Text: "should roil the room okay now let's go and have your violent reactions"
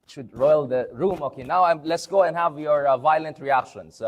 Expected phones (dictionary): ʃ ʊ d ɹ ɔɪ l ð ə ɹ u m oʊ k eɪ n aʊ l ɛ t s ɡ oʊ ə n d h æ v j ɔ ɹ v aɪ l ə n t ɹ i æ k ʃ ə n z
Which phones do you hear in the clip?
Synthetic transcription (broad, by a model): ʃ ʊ d ɹ ɔɪ l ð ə ɹ u m oʊ k eɪ n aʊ l ɛ t s ɡ oʊ ə n d h æ v j ɔ ɹ v aɪ l ə n t ɹ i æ k ʃ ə n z